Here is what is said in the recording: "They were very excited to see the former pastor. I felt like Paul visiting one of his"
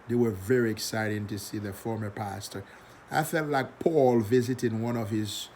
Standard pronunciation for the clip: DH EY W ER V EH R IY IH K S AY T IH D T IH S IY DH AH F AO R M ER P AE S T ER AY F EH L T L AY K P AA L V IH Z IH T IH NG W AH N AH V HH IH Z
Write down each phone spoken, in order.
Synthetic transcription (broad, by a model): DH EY W ER V EH R IY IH K S AY T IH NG T IH S IY DH AH F AO R M ER P AE S T ER AY F EH L T L AY K P AA L V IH Z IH T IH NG W AH N AH V HH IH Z